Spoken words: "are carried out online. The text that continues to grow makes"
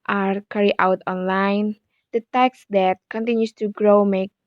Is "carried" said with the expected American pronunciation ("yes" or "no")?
no